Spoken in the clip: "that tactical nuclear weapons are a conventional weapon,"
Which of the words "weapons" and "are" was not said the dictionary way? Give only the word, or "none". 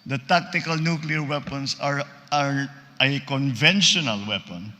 weapons